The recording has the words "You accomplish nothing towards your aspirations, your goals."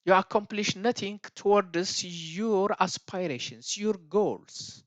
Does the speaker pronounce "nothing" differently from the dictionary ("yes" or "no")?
yes